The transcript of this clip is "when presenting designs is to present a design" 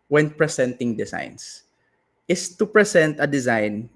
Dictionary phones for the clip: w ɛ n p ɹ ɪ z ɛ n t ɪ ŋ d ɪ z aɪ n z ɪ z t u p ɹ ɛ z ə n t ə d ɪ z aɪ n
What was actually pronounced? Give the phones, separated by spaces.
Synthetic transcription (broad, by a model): w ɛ n p ɹ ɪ s ɛ n t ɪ ŋ d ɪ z aɪ n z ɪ s t u p ɹ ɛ s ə n t ə d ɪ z aɪ n